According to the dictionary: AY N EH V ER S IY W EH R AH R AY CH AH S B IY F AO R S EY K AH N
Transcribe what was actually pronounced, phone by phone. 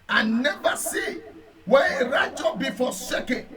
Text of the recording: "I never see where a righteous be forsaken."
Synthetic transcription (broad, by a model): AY N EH V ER S IY W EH AH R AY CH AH B IY F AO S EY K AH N